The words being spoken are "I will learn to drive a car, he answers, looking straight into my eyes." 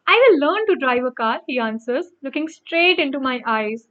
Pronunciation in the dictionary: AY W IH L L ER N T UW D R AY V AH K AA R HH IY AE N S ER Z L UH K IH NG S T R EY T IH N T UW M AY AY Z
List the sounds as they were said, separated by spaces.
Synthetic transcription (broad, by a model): AY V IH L L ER N T UW D R AY V AH K AA R HH IY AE N S ER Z L UH K IH NG S T R EY T IH N T UW M AY AY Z